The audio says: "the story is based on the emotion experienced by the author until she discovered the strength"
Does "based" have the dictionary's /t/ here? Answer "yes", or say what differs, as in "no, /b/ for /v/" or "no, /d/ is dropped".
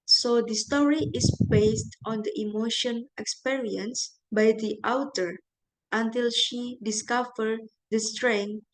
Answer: yes